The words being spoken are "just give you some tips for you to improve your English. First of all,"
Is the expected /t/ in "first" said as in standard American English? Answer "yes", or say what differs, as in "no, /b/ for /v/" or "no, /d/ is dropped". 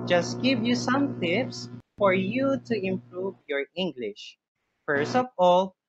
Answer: yes